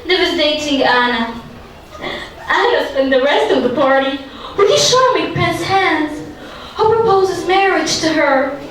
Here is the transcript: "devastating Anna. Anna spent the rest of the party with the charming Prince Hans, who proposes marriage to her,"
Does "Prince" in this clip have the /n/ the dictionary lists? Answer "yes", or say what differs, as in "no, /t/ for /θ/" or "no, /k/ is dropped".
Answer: no, /n/ is dropped